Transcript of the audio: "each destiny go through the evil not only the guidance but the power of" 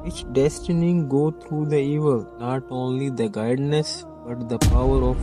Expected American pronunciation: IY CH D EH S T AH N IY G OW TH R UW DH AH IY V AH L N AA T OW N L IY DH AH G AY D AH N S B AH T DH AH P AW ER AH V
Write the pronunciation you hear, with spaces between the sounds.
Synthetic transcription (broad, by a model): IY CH D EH S T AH N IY G OW T R UW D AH IY V AH L N AA T OW N L IY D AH G AY D N S B AH T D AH P AW ER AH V